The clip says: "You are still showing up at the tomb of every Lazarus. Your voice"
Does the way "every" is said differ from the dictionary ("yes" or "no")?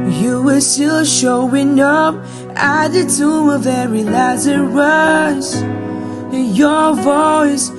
yes